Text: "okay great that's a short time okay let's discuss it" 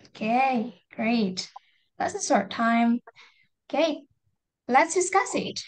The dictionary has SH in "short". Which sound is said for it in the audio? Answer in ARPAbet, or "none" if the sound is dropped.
S